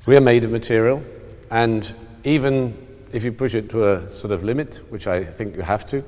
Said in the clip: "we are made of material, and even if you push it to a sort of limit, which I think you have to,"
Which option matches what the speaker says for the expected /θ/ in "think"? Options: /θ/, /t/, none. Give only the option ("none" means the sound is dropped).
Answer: /θ/